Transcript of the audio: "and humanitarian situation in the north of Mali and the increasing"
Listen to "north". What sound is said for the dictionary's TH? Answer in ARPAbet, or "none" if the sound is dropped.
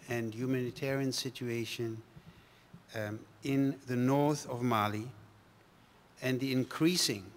TH